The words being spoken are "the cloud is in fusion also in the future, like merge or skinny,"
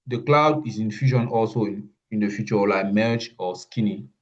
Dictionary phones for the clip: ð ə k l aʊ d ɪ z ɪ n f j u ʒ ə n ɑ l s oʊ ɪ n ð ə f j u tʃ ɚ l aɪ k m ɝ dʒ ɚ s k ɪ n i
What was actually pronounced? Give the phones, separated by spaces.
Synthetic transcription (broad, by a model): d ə k l aʊ d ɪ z ɪ n f j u ʃ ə n ɑ l s oʊ ɪ n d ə f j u tʃ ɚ l aɪ k m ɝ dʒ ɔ s k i n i